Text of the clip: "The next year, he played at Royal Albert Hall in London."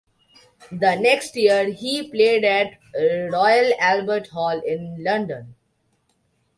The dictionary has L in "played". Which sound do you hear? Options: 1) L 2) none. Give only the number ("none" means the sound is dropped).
1